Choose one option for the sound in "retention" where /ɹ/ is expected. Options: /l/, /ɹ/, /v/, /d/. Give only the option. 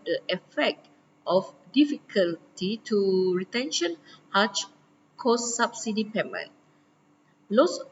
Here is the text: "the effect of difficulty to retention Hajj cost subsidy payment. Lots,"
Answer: /ɹ/